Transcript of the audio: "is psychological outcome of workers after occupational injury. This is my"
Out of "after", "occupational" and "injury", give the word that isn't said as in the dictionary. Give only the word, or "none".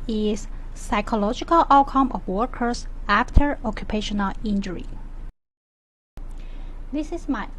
none